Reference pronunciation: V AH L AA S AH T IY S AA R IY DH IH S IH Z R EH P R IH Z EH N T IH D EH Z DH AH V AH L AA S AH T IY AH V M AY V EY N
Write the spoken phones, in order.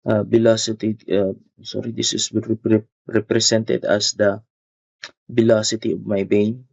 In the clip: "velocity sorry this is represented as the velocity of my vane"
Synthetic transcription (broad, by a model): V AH L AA S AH T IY S AA R IY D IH S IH S R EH P R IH S EH N T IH D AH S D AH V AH L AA S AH T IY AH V M AY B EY N